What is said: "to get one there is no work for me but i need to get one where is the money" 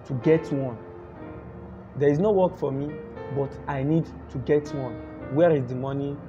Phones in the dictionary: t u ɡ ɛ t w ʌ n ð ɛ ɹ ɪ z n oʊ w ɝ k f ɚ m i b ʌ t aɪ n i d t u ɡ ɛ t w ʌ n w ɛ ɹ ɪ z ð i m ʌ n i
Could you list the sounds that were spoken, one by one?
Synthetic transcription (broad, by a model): t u ɡ ɛ t w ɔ n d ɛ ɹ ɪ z n oʊ w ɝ k f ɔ m i b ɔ t aɪ n i d t u ɡ ɛ t w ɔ n w ɛ ɹ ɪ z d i m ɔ n i